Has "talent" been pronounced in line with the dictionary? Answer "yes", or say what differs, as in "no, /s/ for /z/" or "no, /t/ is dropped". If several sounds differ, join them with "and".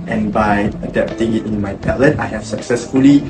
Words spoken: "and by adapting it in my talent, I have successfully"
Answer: no, /n/ is dropped